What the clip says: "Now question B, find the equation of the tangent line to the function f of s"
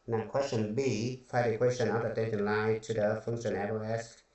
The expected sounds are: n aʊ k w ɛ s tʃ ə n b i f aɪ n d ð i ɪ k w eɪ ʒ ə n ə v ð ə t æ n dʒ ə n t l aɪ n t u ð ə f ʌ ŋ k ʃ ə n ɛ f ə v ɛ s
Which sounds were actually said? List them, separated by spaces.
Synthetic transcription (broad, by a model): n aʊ k w ɛ s tʃ ə n b i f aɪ d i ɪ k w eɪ ʃ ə n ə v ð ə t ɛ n ʃ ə n l aɪ t u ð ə f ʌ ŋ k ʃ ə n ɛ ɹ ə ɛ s